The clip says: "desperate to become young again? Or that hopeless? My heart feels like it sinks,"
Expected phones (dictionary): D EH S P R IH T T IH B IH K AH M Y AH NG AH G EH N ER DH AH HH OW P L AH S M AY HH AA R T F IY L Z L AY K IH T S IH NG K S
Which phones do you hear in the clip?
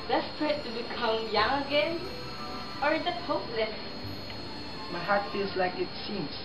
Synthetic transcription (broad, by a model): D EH S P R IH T T IH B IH K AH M Y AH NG AH G EH N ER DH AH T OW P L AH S M AY HH AA R T F IY L Z L AY K IH T S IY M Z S